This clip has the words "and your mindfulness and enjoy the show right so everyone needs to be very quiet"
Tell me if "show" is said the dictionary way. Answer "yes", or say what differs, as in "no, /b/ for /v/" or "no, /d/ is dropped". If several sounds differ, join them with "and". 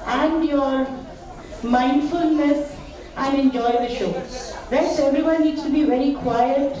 yes